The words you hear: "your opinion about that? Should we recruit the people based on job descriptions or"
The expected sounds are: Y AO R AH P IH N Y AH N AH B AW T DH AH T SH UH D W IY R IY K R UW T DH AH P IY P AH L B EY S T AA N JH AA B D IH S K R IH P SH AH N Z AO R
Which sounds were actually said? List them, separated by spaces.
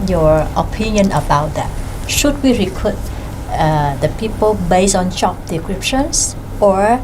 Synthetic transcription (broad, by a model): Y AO R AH P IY N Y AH N AH B AW T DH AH T SH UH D W IY R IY K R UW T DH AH P IY P AH L B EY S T AA N CH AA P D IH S K R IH P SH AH N S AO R